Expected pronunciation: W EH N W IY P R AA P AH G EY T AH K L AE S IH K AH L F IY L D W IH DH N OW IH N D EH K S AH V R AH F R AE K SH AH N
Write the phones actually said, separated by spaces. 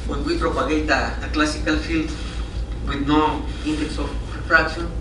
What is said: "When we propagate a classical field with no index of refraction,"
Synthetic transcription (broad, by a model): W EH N W IY P R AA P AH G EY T AH K L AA S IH K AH L F IY L D W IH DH N OW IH N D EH K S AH P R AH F R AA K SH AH N